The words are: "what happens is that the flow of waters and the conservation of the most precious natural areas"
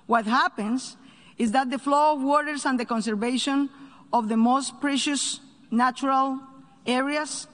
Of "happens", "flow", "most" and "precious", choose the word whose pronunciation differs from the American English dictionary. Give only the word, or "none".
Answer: happens